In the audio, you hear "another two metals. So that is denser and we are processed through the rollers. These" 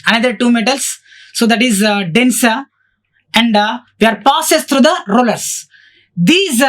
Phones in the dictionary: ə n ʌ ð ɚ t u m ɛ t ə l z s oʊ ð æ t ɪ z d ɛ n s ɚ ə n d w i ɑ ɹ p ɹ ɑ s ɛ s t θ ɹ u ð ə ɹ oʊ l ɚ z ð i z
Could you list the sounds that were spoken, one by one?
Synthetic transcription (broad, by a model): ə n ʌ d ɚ t u m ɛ t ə l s s oʊ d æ t ɪ z d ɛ n s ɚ ə n d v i ɑ ɹ p ɑ s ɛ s t ɹ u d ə ɹ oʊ l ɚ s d i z